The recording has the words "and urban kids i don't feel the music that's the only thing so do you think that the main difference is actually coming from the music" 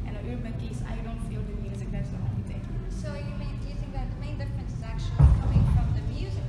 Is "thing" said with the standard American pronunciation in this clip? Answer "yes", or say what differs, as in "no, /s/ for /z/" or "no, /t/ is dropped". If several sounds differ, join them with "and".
no, /t/ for /θ/